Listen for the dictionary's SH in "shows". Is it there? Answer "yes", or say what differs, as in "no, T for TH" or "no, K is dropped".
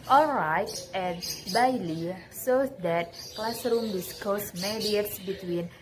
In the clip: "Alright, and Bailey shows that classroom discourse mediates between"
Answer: no, S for SH